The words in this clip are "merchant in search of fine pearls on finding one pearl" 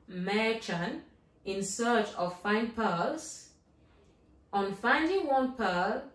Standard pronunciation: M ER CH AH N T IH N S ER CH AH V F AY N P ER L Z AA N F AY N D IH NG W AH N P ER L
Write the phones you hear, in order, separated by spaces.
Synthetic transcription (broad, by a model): M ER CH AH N IH N S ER CH AH V F AY N P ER Z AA N F AY N D IH NG W AH N P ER